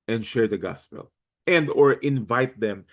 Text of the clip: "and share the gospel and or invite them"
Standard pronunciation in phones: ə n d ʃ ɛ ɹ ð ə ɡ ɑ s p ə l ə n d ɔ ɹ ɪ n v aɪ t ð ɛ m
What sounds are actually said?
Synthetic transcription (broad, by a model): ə n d ʃ ɛ ɹ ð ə ɡ ɑ s p ə l ə n d ɔ ɹ ɪ n v aɪ t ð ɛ m